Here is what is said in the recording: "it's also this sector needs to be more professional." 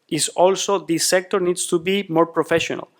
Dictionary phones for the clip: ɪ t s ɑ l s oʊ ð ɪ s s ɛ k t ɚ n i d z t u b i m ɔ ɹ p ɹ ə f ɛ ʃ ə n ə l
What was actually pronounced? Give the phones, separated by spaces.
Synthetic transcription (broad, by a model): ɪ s ɑ l s oʊ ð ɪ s s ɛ k t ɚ n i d s t u b i m ɔ ɹ p ɹ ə f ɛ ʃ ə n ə l